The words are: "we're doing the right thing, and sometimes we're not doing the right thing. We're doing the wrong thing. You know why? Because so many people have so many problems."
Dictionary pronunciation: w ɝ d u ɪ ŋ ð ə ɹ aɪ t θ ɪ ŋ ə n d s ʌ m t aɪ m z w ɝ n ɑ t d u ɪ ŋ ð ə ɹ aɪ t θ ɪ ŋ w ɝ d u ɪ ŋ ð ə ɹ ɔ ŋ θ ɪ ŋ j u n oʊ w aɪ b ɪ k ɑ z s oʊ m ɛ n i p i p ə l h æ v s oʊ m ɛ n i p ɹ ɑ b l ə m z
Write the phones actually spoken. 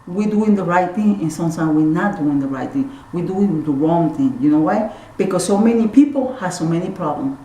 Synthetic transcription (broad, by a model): w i d u ɪ ŋ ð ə ɹ aɪ t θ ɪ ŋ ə n s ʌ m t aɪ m w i n ɑ t d u ɪ ŋ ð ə ɹ aɪ t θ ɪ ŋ w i d u ɪ ŋ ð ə ɹ ɔ ŋ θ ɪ ŋ j u n oʊ w aɪ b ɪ k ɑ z s oʊ m ɛ n i p i p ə l h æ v s oʊ m ɛ n i p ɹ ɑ b l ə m